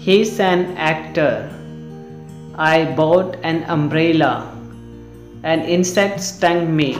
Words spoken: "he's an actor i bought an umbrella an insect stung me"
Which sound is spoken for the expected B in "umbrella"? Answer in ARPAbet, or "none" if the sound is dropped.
B